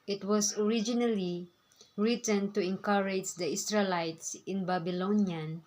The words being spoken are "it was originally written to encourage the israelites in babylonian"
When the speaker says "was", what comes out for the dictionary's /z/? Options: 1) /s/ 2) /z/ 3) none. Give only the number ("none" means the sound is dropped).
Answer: 1